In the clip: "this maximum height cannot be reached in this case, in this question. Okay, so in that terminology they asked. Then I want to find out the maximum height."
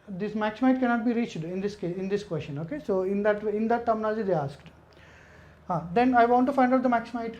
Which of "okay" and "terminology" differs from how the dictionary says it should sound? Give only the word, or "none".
terminology